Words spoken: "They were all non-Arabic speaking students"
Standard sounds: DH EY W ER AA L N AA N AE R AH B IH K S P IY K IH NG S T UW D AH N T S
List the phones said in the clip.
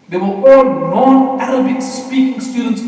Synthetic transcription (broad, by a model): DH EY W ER AA L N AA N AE L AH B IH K S P IY K IH NG S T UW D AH N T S